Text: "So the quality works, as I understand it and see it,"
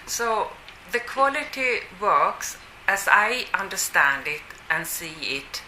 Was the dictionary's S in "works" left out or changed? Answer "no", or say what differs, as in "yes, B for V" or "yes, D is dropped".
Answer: no